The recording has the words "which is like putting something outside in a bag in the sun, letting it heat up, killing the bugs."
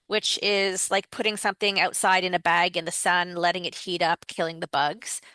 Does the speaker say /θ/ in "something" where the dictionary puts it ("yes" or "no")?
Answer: yes